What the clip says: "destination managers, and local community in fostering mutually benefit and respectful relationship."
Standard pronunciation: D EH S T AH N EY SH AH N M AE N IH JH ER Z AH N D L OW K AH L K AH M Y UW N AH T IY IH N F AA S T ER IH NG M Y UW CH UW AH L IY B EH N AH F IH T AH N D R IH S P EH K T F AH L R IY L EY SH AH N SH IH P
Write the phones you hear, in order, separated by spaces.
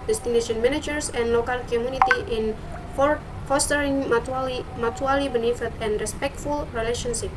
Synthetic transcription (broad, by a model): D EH S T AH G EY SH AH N M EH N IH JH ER S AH N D L OW K AH L K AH M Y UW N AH T IY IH N F AA S T ER IH NG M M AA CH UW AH L IY B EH N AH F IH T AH N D R IH S P EH K T F AH L R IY L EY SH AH N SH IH P